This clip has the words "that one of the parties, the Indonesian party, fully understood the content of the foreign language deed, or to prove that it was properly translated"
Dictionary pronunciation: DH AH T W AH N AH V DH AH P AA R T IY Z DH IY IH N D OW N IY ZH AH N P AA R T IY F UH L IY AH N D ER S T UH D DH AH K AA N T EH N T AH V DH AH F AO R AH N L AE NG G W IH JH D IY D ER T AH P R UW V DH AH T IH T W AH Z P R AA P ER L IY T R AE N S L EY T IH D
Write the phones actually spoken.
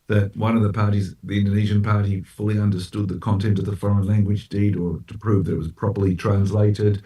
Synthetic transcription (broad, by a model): DH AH T W AH N AH V DH AH P AA R T IY Z DH IY IH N D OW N IY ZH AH N P AA R T IY F UH L IY AH N D ER S T UH D DH AH K AA N T EH N T AH V DH AH F AO R AH N L AE NG G W IH JH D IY D ER T AH P R UW V DH AH T IH T W AH Z P R AA P ER L IY T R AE N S L EY T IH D